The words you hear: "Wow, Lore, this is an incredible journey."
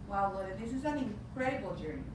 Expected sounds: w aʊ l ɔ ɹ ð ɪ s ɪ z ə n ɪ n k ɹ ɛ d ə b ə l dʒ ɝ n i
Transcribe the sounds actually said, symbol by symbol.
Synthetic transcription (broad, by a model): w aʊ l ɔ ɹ ð ɪ s ɪ z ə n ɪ k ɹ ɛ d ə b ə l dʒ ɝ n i